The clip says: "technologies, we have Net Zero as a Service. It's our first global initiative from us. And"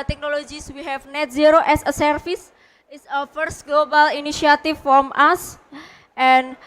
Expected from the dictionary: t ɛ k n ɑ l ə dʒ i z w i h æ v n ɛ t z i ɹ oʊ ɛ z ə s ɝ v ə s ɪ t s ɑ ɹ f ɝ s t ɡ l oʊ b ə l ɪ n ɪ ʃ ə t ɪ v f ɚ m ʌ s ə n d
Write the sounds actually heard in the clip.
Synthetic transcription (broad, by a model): t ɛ k n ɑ l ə dʒ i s w i h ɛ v n ɛ t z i ɹ oʊ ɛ s ə s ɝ f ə s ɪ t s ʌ f ɝ s t ɡ l oʊ b ə l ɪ n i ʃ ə t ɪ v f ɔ m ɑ s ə n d